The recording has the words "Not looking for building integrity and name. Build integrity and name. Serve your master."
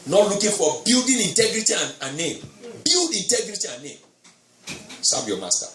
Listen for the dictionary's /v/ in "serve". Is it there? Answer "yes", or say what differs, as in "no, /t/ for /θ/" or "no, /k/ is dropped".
no, /b/ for /v/